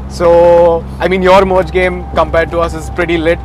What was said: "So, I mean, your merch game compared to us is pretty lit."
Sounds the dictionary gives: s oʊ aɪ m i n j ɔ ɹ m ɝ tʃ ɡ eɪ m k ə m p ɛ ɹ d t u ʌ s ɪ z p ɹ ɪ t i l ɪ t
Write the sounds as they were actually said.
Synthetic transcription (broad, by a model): s oʊ aɪ m i n j ɔ ɹ m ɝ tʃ ɡ eɪ m k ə m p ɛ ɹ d t u ʌ s ɪ z p ɹ ɪ t i l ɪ t